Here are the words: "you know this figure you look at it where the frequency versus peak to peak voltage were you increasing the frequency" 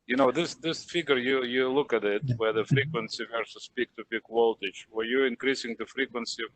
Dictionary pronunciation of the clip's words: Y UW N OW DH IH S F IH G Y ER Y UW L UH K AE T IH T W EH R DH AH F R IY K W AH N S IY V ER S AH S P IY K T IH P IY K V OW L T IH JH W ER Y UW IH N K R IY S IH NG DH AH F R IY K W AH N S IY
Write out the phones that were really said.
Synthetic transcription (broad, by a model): Y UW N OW DH IH S F IH G Y ER Y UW L UH K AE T IH T W EH R DH AH F R IY K W AH N S IY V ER S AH S P IY K T IH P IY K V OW L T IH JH W ER Y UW IH N K R IY S IH NG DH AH F R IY K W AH N S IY